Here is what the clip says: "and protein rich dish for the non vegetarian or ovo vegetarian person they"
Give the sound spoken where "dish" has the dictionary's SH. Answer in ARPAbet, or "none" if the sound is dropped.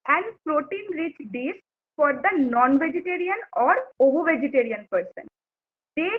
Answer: S